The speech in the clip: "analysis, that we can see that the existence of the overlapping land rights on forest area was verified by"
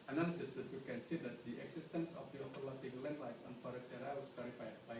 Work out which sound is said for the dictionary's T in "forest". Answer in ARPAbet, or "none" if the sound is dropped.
none